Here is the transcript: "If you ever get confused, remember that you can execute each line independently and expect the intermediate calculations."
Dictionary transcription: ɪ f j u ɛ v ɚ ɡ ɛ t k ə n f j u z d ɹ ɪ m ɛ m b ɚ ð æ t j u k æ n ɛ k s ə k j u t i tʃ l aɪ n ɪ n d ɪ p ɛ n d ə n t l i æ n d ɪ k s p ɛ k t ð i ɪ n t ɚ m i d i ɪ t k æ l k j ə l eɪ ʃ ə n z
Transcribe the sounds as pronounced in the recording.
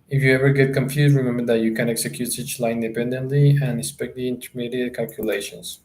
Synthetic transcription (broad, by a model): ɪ f j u ɛ v ɚ ɡ ɛ t k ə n f j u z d ɹ ɪ m ɛ m b ɚ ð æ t j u k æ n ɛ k s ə k j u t i tʃ l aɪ ɪ n d ɪ p ɛ n d ə n t l i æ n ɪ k s p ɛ k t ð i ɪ n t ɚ m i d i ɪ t k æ l k j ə l eɪ ʃ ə n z